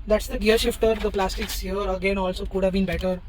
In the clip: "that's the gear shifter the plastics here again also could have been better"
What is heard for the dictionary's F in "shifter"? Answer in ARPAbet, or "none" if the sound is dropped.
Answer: F